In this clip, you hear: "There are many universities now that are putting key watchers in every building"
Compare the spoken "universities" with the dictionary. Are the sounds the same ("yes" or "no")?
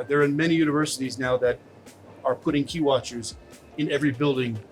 yes